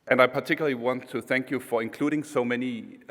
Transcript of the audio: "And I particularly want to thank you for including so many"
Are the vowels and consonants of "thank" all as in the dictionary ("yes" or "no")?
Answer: yes